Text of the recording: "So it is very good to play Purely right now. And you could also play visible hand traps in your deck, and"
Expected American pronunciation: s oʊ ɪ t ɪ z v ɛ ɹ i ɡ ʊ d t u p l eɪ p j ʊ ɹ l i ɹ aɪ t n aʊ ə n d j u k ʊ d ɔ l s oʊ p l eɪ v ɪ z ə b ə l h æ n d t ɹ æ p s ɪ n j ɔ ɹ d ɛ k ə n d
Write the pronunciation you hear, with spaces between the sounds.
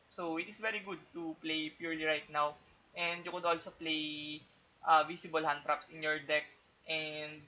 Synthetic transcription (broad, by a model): s oʊ ɪ t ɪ s v ɛ ɹ i ɡ ʊ d t u p l eɪ p j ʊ ɹ l i ɹ aɪ t n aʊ ə n d j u k ʊ d ɔ l s oʊ p l eɪ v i s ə b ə l h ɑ n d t ɹ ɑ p s ɪ n j ɔ ɹ d ɛ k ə n d